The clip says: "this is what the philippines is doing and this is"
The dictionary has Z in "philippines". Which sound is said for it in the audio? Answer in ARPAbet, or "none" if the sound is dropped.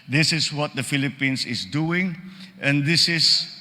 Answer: S